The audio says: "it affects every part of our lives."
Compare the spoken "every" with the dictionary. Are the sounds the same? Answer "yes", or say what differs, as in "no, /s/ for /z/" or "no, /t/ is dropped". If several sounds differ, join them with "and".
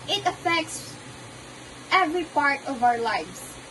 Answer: yes